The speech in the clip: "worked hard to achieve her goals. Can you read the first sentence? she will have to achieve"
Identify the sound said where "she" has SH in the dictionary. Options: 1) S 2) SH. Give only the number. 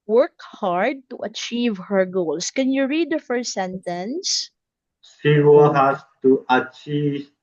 1